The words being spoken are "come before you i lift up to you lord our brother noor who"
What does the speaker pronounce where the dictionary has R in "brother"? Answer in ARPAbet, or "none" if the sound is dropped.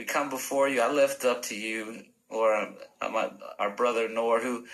R